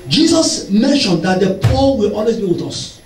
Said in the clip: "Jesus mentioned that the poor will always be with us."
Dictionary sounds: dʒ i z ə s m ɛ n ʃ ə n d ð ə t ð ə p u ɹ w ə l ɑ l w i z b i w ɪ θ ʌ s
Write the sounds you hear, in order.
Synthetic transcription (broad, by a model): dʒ i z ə s m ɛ n ʃ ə n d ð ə t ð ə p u w ə l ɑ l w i s b i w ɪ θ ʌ s